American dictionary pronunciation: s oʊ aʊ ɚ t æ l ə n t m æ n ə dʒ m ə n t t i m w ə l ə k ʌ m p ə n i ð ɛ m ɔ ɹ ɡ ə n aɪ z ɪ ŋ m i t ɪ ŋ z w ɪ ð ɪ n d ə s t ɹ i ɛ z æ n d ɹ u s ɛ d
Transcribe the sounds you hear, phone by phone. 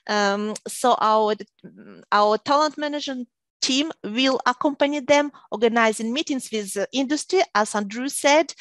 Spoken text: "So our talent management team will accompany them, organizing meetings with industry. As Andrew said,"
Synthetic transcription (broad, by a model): s oʊ aʊ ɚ t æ l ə n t m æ n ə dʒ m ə n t t i m w ə l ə k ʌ m p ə n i ð ɛ m ɔ ɹ ɡ ə n aɪ z ɪ ŋ m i t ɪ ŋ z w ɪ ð ɪ n d ə s t ɹ i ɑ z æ n d ɹ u s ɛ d